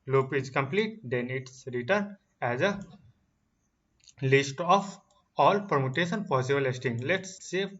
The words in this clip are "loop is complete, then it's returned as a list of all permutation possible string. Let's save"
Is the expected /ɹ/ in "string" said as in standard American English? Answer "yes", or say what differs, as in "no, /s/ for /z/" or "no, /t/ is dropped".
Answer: no, /ɹ/ is dropped